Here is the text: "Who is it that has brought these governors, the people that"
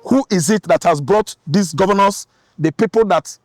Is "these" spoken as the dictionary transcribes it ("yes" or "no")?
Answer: no